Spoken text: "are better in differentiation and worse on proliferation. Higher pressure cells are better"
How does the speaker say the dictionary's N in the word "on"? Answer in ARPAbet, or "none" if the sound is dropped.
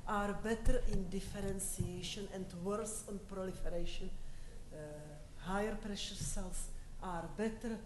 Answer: N